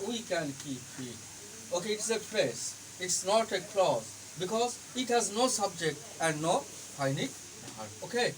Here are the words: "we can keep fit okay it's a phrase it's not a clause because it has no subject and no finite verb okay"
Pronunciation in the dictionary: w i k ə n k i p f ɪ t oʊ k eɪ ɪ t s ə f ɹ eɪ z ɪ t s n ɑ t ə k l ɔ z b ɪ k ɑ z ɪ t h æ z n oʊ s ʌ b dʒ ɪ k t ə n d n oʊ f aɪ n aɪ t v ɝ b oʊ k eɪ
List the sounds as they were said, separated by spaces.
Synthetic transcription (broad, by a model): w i k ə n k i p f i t oʊ k eɪ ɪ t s ə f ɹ eɪ s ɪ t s n ɑ t ə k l ɔ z b ɪ k ɑ z ɪ t h æ z n oʊ s ʌ b dʒ ɪ k t ə n d n oʊ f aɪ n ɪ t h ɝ oʊ k eɪ